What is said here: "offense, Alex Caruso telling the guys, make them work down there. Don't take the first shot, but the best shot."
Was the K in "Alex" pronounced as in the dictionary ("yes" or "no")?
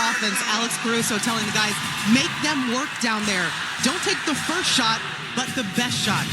yes